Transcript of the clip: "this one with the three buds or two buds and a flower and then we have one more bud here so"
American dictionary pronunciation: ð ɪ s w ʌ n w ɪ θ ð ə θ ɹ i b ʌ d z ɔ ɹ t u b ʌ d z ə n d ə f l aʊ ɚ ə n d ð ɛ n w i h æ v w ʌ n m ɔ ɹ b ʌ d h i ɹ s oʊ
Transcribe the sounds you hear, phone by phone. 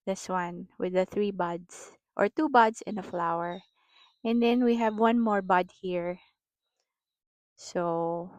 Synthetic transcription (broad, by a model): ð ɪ s w ʌ n w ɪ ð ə θ ɹ i b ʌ d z ɔ ɹ t u b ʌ d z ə n ə f l aʊ ɚ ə n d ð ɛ n w i h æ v w ʌ n m ɔ ɹ b ʌ d h i ɹ s oʊ